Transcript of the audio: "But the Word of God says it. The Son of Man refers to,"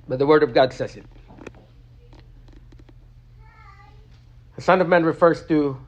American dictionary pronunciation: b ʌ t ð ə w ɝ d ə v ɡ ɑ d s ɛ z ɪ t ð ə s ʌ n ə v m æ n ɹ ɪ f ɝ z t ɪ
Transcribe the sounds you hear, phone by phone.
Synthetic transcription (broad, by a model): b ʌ t ð ə w ɝ d ə v ɡ ɑ d s ɛ z ɪ t ð ə s ʌ n ə v m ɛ n ɹ ɪ f ɝ z t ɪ